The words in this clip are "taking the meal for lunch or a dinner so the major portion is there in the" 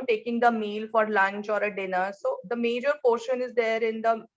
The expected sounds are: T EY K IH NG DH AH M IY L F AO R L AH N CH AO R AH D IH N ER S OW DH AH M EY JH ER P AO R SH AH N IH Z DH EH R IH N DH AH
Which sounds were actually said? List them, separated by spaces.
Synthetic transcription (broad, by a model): T EY K IH NG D AH M IY L F AO R L AH N CH AO R AH D IH N ER S OW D AH M EY JH ER P AO R SH AH N IH Z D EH R IH N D AH